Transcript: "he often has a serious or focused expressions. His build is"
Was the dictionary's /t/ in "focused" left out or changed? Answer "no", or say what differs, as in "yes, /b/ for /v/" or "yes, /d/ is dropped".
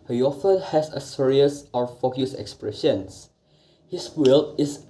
yes, /t/ is dropped